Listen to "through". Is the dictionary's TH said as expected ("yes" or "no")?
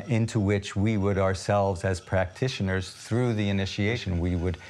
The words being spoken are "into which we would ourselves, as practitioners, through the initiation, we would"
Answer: yes